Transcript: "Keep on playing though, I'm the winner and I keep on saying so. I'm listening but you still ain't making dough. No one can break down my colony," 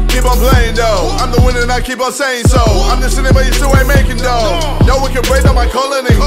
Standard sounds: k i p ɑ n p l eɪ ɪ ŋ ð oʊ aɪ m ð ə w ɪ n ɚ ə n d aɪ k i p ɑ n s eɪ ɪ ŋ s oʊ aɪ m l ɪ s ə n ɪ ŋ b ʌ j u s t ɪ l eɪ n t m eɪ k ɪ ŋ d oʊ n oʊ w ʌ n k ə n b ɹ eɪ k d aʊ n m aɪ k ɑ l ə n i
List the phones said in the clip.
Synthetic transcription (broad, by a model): k i p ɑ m p l eɪ ɪ ŋ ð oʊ aɪ m ð ə w ɪ n ɚ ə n aɪ k i p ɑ s eɪ ɪ ŋ s oʊ aɪ m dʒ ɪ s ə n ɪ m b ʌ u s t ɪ w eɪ m eɪ k ɪ ŋ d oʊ n oʊ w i k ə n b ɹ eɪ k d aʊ m aɪ k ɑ l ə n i